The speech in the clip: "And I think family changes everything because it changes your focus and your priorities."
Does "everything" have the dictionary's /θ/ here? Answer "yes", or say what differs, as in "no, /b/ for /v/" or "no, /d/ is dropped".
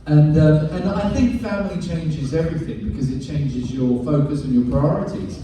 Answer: yes